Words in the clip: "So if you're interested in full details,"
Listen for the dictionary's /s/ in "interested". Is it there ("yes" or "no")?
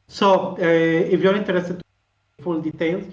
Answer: no